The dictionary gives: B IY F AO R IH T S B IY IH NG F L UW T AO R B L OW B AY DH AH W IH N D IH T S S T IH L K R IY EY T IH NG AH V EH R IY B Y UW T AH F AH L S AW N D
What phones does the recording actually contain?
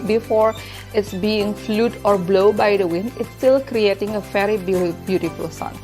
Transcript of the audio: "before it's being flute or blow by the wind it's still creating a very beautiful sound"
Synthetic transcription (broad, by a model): B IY F AO R IH T S B IY IH NG F L UW T AO R B L OW B AY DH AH W IH N D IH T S S T IH L K R IY EY T IH NG AH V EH R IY B Y UW T AH F AH L S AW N